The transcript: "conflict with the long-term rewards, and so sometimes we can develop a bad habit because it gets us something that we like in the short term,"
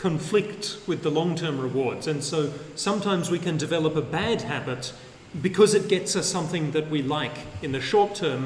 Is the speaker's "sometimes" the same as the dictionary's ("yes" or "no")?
yes